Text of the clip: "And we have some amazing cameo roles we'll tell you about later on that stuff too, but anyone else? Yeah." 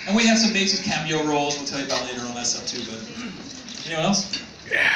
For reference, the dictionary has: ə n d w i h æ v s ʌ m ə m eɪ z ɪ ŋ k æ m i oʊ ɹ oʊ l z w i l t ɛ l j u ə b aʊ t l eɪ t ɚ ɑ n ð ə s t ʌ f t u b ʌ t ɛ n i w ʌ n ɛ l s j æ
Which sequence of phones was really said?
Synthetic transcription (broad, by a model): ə n w i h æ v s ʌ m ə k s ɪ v k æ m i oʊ ɹ oʊ l z w i l t ɛ l j ə b aʊ t l eɪ t ɚ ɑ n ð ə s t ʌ p t u b ʌ t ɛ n i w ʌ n ɛ l s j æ